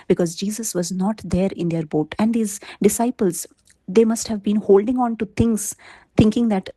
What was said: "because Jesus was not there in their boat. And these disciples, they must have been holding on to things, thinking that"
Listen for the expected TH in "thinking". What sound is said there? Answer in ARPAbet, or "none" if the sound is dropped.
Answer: T